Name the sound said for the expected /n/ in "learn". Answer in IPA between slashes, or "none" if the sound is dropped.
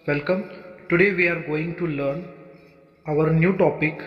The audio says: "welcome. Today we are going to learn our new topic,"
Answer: /n/